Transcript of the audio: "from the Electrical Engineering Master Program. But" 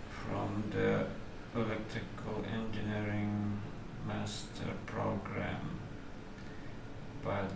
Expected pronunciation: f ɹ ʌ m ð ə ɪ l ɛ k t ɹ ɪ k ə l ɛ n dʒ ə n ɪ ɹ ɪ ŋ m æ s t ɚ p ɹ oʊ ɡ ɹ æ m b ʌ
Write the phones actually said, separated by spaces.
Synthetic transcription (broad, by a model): f ɹ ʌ m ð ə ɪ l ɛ t ɪ k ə l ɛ n dʒ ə n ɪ ɹ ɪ ŋ m æ s t ɚ p ɹ oʊ ɡ ɹ æ m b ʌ